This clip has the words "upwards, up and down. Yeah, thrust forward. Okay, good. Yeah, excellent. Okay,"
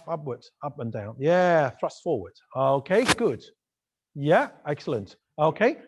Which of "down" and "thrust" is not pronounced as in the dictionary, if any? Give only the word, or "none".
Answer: none